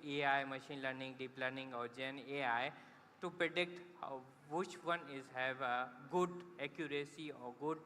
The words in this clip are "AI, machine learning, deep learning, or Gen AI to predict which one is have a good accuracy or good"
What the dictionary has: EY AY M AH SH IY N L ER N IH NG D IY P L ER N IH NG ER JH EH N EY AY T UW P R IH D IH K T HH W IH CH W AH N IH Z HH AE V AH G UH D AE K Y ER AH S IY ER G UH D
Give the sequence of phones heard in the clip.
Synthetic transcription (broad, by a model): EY AY M AH SH IY N L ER N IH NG D IY P L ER N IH NG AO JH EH N EY AY T UW P R IH D IH K T HH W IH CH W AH N IH Z HH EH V G UH D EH K Y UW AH S IY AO G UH D